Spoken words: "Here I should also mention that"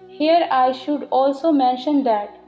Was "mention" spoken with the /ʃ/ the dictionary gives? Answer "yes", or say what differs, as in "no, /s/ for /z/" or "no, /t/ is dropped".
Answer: yes